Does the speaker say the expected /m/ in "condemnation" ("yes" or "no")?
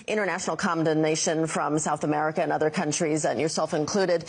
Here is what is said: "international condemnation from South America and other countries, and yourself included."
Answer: no